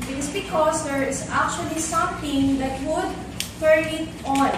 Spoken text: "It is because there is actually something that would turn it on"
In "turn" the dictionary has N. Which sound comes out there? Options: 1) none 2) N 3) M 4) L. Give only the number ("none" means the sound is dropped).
1